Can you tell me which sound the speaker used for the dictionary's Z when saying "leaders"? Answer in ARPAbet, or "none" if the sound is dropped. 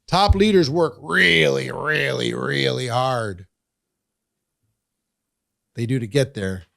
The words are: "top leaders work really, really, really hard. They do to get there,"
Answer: Z